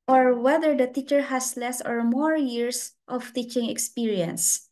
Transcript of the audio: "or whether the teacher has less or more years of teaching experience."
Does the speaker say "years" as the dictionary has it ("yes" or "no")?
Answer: no